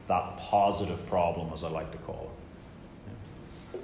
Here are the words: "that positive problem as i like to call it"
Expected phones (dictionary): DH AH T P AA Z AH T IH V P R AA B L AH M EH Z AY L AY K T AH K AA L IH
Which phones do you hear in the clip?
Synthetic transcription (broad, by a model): DH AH T P AA Z AH T IH V P R AA B L AH M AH Z AY L AY K T AH K AA L